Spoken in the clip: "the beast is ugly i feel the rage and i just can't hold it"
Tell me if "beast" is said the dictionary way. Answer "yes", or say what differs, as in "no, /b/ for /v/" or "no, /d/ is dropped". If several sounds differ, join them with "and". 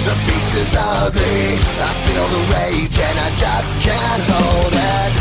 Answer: no, /t/ is dropped